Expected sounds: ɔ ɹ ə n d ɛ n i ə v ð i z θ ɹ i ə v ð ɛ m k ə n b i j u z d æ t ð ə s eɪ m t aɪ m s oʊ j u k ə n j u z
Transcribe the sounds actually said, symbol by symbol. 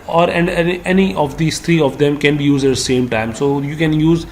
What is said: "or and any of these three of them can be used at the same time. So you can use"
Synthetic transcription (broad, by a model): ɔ ɹ ə n d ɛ n i ə v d i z t ɹ i ə v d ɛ m k ə n b i j u z d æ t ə s eɪ m t aɪ m s oʊ j u k ə n j u z